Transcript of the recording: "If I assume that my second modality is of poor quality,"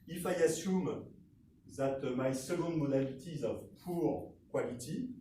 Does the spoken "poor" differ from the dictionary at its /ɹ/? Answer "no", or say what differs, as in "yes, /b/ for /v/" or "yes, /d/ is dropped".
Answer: no